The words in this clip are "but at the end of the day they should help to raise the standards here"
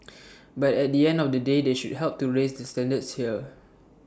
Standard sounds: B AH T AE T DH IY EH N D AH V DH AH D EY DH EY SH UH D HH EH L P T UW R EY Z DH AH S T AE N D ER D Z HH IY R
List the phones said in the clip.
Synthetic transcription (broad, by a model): B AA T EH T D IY EH N D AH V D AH D EY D EY SH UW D HH EH L P T UW R EY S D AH S T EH N D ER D S HH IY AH